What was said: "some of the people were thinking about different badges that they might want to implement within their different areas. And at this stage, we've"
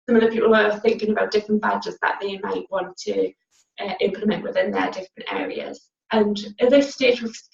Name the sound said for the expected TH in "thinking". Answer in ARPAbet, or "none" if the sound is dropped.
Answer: TH